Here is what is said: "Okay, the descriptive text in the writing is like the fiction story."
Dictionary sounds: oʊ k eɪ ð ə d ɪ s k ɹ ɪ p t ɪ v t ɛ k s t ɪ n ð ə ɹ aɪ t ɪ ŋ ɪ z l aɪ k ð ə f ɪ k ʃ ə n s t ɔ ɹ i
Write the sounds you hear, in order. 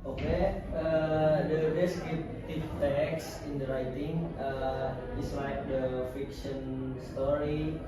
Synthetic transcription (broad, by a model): oʊ k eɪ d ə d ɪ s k ɪ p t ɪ f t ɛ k s ɪ n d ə ɹ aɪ t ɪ ŋ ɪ s l aɪ k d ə f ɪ k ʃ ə n s t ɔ ɹ i